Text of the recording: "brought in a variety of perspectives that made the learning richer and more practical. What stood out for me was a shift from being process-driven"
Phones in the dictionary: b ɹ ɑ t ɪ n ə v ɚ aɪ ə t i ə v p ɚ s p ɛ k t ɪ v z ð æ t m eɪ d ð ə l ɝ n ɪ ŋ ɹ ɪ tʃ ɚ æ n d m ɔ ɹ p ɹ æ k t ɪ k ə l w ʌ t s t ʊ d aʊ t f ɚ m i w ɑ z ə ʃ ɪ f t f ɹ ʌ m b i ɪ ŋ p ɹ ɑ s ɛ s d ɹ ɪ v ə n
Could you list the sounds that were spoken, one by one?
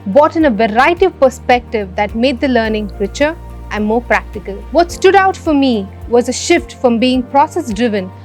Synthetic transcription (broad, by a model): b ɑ t ɪ n ə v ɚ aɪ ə t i ə v p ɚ s p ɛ k t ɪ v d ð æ t m eɪ d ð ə l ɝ n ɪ ŋ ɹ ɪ tʃ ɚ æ n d m ɔ ɹ p ɹ æ k t ɪ k ə l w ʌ t s t ʊ d aʊ t f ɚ m i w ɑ z ə ʃ ɪ f t f ɹ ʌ m b i ɪ ŋ p ɹ ɑ s ɛ s d ɹ ɪ v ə n